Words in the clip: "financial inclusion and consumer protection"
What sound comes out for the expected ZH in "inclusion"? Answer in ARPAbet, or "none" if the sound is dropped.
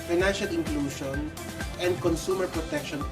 SH